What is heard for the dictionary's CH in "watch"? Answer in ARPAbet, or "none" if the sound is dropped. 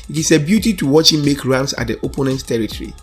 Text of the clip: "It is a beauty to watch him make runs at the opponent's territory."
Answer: CH